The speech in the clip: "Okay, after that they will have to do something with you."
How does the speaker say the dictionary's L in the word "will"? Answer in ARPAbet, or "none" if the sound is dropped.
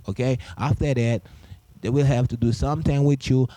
L